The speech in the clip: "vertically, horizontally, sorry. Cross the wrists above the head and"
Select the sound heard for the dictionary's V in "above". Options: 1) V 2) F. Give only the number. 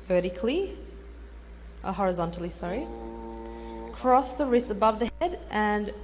1